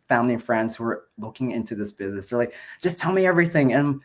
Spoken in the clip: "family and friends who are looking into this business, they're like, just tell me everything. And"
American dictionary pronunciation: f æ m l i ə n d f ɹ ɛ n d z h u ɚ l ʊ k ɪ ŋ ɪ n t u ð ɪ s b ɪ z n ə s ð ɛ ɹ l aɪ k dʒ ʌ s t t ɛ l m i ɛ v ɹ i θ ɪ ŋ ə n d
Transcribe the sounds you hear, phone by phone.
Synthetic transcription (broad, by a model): f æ m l i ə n f ɹ ɛ n d z h u ɚ l ʊ k ɪ ŋ ɪ n t u ð ɪ s b ɪ z n ə s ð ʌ ɹ l aɪ k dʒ ʌ s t t ɛ l m i ɛ v ɹ i θ ɪ ŋ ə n